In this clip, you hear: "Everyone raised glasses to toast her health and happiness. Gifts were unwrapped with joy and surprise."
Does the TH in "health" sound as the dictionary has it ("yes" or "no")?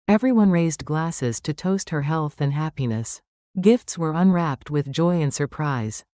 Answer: yes